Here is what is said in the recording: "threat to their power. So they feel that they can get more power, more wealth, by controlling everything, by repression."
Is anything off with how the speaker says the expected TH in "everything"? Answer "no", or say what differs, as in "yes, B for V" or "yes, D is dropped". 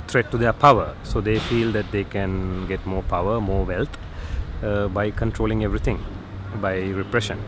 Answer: yes, T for TH